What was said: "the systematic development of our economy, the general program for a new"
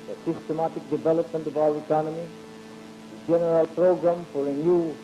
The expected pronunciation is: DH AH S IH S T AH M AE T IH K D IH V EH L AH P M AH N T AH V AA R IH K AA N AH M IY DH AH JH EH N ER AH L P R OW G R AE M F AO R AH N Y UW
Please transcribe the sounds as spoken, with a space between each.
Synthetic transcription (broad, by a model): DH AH S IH S T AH M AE T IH K D IH V EH L AH P M AH N T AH B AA W IH K AA N AH M IY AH JH EH N ER AH L P R OW G R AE M F AO R AH N Y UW